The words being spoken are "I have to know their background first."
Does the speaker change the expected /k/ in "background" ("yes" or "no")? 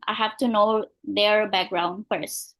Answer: no